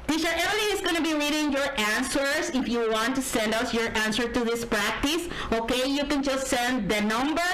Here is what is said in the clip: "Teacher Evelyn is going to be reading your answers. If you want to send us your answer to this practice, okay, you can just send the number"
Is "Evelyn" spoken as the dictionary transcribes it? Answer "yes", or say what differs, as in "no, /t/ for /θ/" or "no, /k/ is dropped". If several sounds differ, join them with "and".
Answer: no, /n/ is dropped